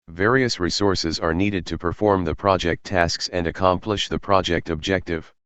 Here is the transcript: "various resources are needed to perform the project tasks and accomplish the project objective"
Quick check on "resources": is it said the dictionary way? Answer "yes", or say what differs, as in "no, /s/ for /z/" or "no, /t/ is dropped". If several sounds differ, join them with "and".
yes